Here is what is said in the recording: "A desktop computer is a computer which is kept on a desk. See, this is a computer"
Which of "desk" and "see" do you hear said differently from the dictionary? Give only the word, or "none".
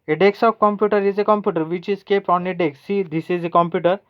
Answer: desk